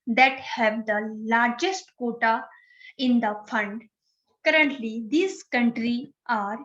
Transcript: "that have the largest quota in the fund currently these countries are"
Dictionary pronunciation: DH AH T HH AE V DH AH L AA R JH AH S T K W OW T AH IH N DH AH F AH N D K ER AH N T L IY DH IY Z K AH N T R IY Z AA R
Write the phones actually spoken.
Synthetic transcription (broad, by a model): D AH T HH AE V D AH L AA R JH AH S T K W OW T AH IH N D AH F AH N D K ER AH N T L IY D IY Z K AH N T R IY AA R